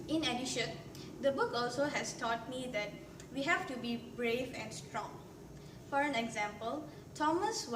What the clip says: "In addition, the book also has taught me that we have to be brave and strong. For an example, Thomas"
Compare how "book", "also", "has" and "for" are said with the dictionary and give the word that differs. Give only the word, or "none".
has